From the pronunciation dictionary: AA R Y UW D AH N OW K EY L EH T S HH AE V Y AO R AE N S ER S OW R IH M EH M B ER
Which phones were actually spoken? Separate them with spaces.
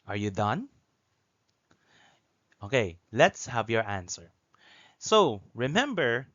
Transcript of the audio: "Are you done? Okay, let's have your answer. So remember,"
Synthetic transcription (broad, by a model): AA R Y UW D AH N OW K EY L EH T S HH AE V Y AO R AE N S ER S OW R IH M EH M B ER